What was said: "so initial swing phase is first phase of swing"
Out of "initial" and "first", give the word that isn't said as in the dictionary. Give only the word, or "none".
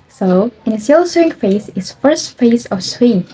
initial